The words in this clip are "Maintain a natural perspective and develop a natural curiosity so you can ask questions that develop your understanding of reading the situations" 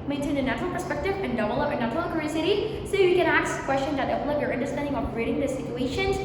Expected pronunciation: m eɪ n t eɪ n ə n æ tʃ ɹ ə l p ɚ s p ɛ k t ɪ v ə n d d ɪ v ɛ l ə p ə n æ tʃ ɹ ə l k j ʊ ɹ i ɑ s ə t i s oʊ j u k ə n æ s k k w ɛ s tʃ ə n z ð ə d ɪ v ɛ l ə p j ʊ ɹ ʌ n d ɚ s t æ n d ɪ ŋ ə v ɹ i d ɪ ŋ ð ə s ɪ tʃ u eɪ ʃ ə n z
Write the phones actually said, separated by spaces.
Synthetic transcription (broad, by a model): m eɪ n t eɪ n ə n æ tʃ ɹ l p ɚ s p ɛ k t ɪ v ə n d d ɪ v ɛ l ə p ə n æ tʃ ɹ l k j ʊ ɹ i s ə t i s oʊ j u k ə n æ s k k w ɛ s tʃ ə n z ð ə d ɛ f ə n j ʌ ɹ ʌ n d ɚ s t æ n d ɪ ŋ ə p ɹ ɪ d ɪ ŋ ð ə s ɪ tʃ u eɪ ʃ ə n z